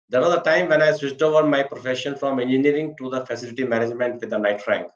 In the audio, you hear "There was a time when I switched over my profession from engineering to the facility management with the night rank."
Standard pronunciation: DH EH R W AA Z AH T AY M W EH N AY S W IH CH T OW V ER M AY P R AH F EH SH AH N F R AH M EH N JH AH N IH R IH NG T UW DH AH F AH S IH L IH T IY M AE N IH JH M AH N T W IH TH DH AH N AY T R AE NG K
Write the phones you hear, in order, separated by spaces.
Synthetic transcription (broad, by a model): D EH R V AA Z AH T AY M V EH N AY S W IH S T OW V ER M AY P R AH F EH SH AH N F R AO M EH N JH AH N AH R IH NG T UW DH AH F AH S IH L IH T IY M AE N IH JH M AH N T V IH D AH N AY T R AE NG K